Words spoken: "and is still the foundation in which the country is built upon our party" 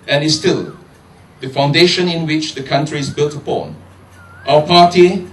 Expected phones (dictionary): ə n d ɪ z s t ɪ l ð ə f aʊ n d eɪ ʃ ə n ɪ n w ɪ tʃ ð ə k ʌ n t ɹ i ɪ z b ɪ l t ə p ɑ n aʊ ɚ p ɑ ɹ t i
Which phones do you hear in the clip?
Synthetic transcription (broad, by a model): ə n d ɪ s t ɪ l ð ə f aʊ n d eɪ ʃ ə n ɪ n w ɪ tʃ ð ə k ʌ n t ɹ i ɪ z b ɪ l t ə p ɑ n aʊ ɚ p ɑ t i